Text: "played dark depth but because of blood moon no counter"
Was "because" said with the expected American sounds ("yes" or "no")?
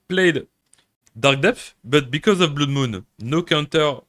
yes